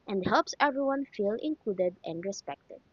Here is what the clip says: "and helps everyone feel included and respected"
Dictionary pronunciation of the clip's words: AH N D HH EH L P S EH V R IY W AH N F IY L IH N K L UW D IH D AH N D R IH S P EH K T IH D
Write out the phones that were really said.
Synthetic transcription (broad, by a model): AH N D HH EH L P S EH V R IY W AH N F IY L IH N K L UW D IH D AH N D R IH S P EH K T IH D